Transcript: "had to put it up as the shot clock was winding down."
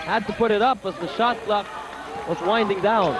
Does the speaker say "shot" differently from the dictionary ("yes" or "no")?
no